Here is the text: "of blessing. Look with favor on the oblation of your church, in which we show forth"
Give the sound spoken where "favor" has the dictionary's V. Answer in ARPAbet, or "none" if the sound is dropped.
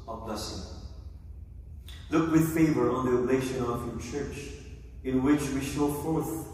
V